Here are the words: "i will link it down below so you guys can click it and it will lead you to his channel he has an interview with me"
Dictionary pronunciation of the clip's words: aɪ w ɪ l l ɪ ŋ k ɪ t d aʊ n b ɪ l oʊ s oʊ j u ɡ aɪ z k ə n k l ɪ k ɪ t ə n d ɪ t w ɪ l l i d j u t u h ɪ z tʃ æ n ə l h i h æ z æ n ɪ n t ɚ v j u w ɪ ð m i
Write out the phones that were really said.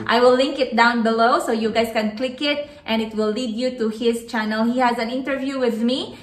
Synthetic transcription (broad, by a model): aɪ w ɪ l l ɪ ŋ k ɪ t d aʊ n b ɪ l oʊ s oʊ j u ɡ aɪ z k ə n k l ɪ k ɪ t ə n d ɪ t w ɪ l l i d j u t u h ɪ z tʃ æ n ə l h i h æ z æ n ɪ n t ɚ v j u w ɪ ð m i